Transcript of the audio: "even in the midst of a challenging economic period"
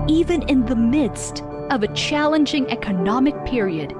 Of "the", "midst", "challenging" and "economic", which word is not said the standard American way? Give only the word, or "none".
none